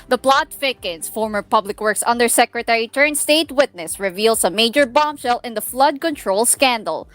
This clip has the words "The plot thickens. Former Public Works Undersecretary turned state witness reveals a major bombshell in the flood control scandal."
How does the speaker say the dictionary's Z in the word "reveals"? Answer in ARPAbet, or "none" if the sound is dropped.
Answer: S